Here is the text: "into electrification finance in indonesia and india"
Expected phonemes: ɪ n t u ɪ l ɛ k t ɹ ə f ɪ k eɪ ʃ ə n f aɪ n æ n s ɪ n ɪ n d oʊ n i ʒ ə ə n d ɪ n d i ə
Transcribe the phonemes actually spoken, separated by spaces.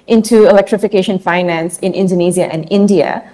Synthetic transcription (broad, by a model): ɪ n t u ɪ l ɛ k t ɹ ə f ɪ k eɪ ʃ ə n f aɪ n æ n s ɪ n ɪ n d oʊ n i z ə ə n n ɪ n d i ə